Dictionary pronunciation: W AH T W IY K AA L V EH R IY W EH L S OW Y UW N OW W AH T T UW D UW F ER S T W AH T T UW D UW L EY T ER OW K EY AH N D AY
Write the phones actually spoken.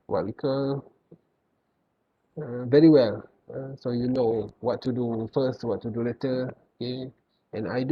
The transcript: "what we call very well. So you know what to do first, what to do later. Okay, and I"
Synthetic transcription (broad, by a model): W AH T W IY K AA V EH R IY W EH L S OW Y UW N OW W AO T T UW D UW F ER S T W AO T T UW D UW L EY T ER OW K EY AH N AY